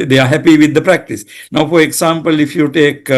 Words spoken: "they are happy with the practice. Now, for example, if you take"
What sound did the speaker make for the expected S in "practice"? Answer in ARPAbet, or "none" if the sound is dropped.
S